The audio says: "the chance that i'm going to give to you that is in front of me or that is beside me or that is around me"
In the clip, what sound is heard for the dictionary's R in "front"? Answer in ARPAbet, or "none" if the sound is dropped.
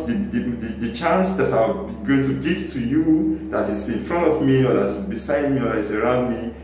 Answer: R